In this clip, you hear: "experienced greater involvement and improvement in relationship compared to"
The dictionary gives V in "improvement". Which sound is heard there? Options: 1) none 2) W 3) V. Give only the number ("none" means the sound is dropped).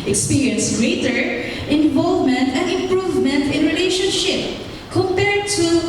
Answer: 3